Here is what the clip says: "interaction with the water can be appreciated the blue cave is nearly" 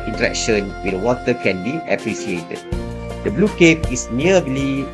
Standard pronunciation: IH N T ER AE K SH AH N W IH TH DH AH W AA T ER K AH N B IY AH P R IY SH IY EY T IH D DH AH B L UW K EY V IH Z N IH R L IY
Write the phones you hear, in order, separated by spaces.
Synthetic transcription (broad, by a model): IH N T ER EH K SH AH N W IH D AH W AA T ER K AH N B IY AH P R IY S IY EY T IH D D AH B L UW K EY P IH S N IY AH L IY